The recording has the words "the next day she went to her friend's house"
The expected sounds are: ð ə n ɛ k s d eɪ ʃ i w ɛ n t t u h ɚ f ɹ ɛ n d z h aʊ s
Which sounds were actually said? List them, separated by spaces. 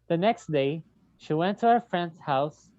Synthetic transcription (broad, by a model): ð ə n ɛ k s d eɪ ʃ i w ɛ n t t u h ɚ f ɹ ɛ n d z h aʊ s